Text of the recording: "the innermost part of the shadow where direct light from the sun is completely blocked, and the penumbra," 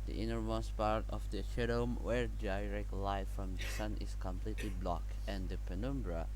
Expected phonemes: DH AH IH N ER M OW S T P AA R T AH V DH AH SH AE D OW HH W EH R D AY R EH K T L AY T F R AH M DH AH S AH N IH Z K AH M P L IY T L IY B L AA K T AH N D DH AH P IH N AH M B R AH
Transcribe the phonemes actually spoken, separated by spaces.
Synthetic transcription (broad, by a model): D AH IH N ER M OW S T P AA R T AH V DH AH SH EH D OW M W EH R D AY R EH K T L AY F R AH M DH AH S AH N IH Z K AH M P L IY T L IY B L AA K AH N D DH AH P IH N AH M B R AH